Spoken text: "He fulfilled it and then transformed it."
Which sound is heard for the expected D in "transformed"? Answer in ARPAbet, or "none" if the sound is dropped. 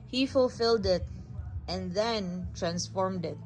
D